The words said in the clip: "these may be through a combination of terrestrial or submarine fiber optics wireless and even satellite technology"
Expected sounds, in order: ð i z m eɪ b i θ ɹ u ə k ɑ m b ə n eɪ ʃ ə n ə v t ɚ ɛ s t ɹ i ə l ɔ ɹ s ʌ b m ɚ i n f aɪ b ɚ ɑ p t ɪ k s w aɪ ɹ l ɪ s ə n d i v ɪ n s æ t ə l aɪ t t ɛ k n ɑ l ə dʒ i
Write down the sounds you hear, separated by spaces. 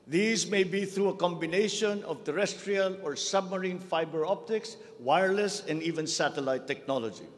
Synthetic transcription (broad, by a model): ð i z m eɪ b i θ ɹ u ə k ɑ m b ə n eɪ ʃ ə n ə v t ɚ ɛ s t ɹ i ə l ɔ ɹ s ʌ b m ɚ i n f aɪ b ɚ ɑ p t ɪ k s w aɪ ɹ l ɪ s ə n d i v ɪ n s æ t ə l aɪ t t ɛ k n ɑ l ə dʒ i